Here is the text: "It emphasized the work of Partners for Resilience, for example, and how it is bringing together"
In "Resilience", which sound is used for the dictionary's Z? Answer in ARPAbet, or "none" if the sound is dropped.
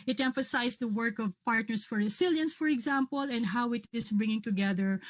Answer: S